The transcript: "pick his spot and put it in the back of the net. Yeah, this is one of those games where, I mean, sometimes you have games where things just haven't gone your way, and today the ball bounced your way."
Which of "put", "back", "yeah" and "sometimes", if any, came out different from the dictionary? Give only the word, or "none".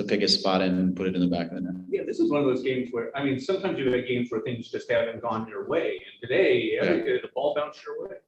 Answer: none